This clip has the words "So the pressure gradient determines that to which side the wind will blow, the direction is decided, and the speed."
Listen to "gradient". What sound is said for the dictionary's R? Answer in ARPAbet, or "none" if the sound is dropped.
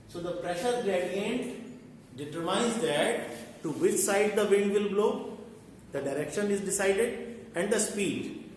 L